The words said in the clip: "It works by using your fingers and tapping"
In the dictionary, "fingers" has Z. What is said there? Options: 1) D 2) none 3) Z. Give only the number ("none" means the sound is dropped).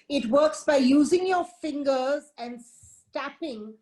3